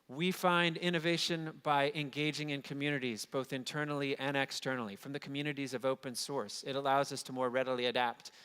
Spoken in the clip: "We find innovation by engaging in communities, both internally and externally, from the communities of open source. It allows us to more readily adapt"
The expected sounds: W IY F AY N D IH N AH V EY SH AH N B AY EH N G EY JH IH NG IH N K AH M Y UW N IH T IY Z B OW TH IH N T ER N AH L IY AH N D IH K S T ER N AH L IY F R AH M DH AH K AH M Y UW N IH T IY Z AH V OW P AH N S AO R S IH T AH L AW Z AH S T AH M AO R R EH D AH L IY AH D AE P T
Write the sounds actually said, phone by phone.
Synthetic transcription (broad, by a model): W IY F AY N D IH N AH V EY SH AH N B AY EH N G EY JH IH NG IH N K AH M Y UW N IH T IY Z B OW TH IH N T ER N L IY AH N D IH K S T ER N L IY F R AH M DH AH K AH M Y UW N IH T IY Z AH V OW P AH N S AO R S IH T AH L AW Z AH S T AH M AO R R EH D L IY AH D AE P T